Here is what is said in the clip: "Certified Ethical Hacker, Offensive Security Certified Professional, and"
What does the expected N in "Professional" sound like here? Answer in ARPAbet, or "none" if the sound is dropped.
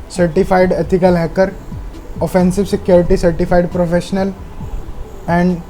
N